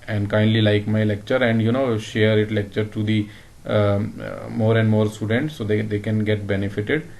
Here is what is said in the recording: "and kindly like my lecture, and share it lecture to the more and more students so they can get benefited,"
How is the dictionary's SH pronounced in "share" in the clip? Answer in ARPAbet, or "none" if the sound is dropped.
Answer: SH